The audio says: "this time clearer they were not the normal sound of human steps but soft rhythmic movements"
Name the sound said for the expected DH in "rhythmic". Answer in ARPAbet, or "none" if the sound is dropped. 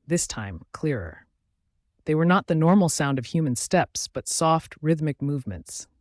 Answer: DH